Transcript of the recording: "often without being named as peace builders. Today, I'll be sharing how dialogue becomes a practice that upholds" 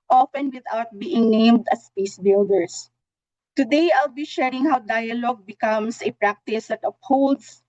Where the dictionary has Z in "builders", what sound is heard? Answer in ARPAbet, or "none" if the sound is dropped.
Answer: S